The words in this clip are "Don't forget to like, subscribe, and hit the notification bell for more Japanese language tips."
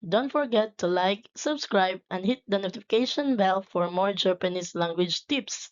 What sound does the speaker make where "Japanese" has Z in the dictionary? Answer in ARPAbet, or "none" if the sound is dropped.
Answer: S